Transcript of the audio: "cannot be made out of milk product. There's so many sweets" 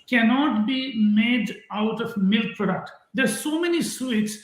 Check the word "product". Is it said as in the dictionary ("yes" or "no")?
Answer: yes